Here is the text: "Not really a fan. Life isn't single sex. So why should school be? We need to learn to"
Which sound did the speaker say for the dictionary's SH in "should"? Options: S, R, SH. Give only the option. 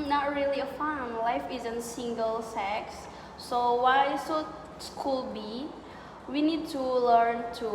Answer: S